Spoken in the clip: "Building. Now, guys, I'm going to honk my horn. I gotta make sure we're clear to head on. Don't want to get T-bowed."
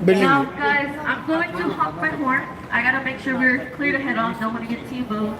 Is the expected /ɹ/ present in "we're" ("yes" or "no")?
yes